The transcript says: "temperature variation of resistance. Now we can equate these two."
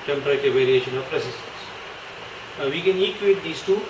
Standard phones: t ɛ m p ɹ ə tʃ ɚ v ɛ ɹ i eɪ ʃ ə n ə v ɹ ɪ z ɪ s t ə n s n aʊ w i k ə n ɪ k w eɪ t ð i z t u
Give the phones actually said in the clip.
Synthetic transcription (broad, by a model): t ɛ m p ɹ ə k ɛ v ɛ ɹ i eɪ ʃ ə n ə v ɹ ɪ s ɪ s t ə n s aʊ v i k ə n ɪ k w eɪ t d i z t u